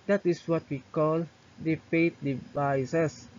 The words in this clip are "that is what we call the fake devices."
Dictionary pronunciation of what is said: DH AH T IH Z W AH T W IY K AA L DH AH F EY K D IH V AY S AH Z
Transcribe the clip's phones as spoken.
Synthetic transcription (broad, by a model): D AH T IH S W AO T W IY K AA L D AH P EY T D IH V AY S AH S